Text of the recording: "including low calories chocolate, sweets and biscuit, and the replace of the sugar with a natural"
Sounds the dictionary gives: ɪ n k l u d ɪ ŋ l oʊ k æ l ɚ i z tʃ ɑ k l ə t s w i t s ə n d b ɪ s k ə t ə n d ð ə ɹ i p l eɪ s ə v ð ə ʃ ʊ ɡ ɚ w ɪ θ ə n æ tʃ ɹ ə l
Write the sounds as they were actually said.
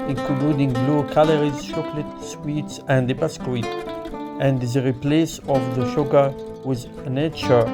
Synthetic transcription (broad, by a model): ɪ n k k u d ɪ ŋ l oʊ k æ l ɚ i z ʃ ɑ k l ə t s w i t s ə n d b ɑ s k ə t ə n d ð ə ɹ i p l eɪ s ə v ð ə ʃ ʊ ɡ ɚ w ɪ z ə n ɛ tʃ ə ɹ